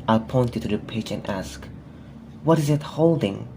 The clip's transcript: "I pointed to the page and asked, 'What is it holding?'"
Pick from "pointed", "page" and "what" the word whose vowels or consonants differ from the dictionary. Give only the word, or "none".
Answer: page